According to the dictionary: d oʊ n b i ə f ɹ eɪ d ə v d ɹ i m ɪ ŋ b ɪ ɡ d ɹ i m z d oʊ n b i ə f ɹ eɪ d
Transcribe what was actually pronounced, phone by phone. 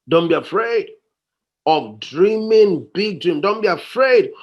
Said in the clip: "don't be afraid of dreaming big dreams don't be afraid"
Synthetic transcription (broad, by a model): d oʊ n b i ə f ɹ eɪ d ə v d ɹ i m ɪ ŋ b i ɡ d ɹ i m d oʊ n b i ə f ɹ eɪ d